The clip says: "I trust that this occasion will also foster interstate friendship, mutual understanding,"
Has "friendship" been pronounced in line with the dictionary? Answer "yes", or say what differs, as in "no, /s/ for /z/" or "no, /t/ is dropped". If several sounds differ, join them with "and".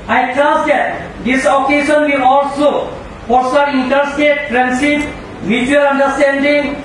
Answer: no, /s/ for /ʃ/